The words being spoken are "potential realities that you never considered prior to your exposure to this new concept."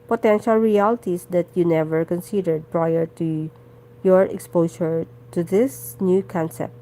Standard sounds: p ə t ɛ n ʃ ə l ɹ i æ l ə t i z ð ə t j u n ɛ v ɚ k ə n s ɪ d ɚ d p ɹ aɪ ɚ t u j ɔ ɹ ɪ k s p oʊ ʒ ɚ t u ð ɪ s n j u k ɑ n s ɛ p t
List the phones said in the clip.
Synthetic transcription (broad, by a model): p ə t ɛ n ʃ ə l ɹ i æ l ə t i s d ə t j u n ɛ v ɚ k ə n s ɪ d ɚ d p ɹ aɪ ɚ t u j ɔ ɹ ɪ k s p oʊ s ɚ t u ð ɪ s n j u k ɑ n s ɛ p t